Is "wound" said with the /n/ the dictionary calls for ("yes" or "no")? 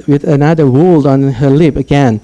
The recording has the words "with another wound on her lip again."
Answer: no